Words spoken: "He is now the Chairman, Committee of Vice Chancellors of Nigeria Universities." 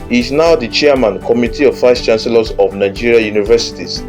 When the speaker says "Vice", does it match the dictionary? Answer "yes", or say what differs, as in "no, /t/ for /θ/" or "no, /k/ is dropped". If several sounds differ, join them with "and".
no, /f/ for /v/